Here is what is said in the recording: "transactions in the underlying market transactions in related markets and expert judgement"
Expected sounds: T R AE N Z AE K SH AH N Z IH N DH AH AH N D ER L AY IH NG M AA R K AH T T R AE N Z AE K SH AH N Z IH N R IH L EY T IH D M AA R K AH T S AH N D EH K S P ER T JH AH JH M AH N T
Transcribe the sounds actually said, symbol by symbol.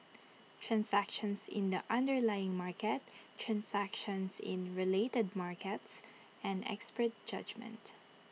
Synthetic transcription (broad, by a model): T R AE N S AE K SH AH N S IH N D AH AH N D ER L AY IH NG M AA R K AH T T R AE N S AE K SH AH N S IH N R IH L EY T IH D M AA R K AH T S AH N D EH K S P ER T JH AH JH M AH N T